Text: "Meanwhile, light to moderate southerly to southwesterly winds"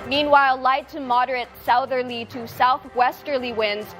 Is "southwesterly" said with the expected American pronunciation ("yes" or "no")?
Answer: yes